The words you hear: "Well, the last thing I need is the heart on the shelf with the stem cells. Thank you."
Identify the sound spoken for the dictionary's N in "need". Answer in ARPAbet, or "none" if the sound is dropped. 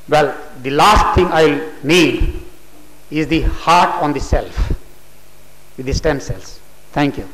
L